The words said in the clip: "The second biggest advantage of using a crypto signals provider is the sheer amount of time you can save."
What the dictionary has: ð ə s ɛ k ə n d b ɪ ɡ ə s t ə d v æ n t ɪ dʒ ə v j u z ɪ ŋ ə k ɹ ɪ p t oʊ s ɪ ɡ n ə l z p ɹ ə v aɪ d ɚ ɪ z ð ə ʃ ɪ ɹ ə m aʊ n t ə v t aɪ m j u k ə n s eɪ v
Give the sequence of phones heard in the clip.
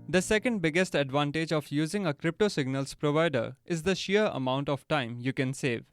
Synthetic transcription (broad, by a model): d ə s ɛ k ə n d b ɪ ɡ ə s t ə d v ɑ n t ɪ dʒ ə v j u z ɪ ŋ ə k ɹ ɪ p t oʊ s ɪ ɡ n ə l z p ɹ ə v aɪ d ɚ ɪ z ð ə ʃ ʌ ɹ ə m aʊ n t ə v t aɪ m j u k ə n s eɪ v